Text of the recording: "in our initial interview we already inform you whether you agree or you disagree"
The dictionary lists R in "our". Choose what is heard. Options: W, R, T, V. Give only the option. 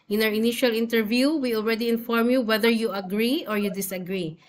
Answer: W